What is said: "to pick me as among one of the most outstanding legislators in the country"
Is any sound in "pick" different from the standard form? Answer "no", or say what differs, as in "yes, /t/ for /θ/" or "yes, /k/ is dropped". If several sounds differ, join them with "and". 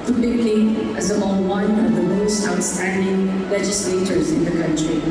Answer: yes, /b/ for /p/